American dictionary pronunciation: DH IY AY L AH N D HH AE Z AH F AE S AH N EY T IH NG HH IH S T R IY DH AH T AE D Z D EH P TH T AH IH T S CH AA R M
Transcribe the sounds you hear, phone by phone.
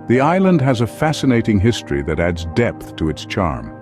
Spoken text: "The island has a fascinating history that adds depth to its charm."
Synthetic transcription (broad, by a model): DH IY AY L AH N D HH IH Z AH F AE S AH N EY T IH NG HH IH S T R IY DH AH T AE D Z D EH P TH T AH IH T S CH AA R M